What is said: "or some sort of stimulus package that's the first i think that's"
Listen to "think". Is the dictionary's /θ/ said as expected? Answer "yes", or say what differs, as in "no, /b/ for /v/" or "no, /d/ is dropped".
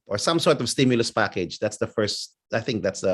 yes